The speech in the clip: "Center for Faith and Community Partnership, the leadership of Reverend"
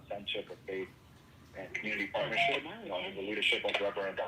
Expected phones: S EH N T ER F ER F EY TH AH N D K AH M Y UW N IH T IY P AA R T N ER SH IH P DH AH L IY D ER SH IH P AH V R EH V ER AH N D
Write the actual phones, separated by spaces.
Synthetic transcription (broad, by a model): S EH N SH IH P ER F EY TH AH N K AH M Y UW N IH T IY P AA R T N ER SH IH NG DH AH L IY D ER SH IH P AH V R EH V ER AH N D